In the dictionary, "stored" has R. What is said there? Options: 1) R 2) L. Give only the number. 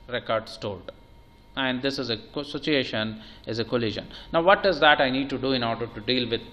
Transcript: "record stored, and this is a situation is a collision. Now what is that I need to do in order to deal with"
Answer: 2